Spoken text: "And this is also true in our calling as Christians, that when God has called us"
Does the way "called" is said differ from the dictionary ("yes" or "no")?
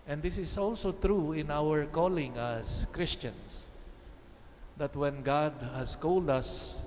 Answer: no